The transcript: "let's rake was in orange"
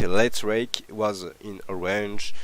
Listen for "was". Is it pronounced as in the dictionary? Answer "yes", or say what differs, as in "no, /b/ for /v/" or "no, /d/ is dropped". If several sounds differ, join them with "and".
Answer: yes